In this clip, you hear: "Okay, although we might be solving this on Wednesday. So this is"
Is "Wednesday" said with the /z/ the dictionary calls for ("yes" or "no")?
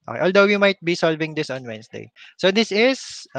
no